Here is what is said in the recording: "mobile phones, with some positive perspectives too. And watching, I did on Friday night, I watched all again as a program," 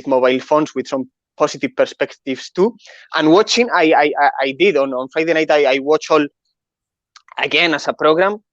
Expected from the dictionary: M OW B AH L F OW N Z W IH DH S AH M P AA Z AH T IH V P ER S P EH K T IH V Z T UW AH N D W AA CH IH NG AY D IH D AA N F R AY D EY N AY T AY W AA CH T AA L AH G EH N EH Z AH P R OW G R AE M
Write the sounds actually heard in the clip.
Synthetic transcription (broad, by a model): M OW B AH L F OW N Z W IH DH S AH M P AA S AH T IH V P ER S P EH K T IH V S T UW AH N W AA CH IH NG AY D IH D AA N F R AY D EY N AY T AY W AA CH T AA L AH G EH N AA S AH P R OW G R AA M